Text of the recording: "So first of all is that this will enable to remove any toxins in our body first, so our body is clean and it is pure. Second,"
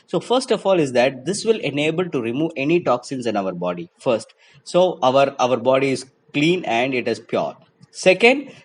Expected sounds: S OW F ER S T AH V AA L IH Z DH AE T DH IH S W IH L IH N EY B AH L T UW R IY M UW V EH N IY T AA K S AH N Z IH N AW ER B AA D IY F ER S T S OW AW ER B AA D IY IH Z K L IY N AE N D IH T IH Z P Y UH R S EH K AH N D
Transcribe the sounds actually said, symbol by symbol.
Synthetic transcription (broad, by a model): S OW F ER S T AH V AA L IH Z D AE T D IH S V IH L IH N EY B AH L T UW R IY M UW V EH N IY T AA K S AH N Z IH N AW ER B AA D IY F ER S T S OW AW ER B AA D IY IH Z K L IY N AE N D IH T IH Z P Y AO R S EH K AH N D